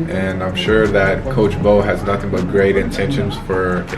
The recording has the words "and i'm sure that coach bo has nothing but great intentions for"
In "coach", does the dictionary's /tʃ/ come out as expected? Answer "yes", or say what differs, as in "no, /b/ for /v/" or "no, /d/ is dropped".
yes